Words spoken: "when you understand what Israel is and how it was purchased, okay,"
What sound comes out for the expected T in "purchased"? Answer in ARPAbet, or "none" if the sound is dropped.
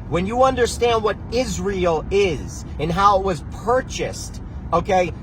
T